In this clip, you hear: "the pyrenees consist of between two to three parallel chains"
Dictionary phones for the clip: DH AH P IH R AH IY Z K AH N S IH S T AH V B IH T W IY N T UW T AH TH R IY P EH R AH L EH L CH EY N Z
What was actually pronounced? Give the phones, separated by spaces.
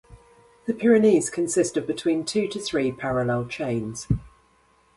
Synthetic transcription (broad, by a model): DH AH P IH R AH IY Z K AH N S IH S T AH V B IH T W IY N T UW T AH TH R IY P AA R AH L EH L CH EY N Z